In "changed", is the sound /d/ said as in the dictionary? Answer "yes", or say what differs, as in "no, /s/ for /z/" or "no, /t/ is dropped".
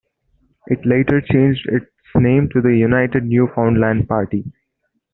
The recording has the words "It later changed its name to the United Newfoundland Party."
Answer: yes